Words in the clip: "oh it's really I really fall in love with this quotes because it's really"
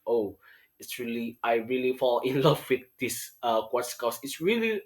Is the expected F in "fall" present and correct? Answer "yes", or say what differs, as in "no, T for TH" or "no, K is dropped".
yes